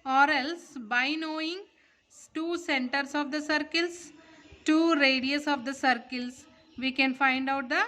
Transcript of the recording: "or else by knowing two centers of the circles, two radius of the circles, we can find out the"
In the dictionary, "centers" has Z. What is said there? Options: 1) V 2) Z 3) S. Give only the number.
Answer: 3